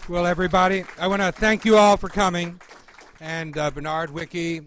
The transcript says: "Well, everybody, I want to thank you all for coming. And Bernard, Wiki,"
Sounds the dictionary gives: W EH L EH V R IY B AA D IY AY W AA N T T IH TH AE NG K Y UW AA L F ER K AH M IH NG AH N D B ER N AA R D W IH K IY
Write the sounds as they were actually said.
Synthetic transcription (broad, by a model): W EH L EH V R IY B AA D IY AY W AA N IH TH AE NG K Y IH AA L F ER K AH M IH NG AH N B ER N AA R D W IH K IY